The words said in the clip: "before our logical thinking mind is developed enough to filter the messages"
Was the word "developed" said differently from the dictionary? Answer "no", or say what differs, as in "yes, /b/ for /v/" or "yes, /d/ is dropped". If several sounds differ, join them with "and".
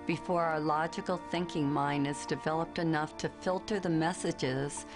no